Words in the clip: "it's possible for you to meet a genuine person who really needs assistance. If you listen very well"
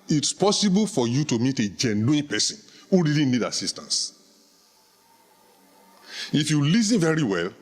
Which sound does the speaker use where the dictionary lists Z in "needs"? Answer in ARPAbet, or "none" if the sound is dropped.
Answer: none